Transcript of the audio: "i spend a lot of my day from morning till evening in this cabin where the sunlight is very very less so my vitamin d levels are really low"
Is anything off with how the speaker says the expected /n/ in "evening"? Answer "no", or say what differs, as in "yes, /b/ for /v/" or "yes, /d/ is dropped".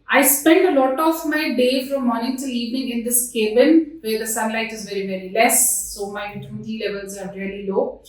yes, /n/ is dropped